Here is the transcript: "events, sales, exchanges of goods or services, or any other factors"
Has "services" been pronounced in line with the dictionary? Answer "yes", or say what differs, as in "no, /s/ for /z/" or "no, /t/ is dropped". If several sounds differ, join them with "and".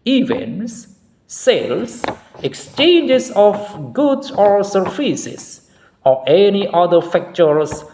no, /f/ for /v/